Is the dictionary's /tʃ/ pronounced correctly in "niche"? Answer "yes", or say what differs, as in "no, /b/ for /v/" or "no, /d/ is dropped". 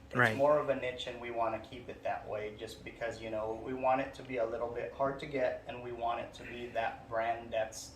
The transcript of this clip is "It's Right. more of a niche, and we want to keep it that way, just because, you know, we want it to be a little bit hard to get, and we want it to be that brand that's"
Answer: yes